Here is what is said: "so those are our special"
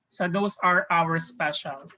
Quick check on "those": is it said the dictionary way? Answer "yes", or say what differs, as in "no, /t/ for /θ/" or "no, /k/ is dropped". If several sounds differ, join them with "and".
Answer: no, /s/ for /z/